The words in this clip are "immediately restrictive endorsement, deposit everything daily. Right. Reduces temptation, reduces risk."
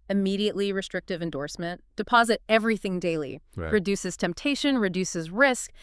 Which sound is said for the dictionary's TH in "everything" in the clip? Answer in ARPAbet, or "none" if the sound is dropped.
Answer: TH